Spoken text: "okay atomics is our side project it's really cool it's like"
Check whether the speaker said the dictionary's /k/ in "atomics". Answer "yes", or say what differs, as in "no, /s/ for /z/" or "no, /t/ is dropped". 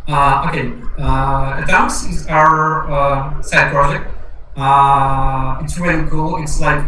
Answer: no, /k/ is dropped